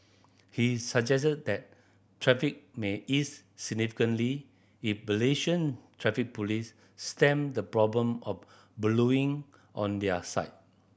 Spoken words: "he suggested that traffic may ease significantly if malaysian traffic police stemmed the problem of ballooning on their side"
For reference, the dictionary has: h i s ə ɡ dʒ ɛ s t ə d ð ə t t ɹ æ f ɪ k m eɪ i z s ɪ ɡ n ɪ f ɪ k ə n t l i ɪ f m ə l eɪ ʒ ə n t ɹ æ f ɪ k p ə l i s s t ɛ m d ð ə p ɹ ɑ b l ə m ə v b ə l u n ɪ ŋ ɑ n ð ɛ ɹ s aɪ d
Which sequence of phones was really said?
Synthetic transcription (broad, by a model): h i s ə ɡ dʒ ɛ s t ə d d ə t t ɹ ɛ f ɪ k m eɪ i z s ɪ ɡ n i f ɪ k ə n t l i ɪ f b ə l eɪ ʃ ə n t ɹ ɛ f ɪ k p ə l i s s t ɛ m d ə p ɹ ɑ b l ə m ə f b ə l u ɪ ŋ ɑ n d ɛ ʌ s aɪ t